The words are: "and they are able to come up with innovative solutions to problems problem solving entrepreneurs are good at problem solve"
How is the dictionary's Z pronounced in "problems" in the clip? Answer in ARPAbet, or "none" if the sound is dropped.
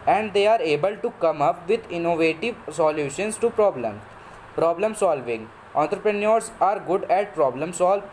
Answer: none